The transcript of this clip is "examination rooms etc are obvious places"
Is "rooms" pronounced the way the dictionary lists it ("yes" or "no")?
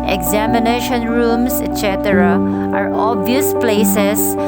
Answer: no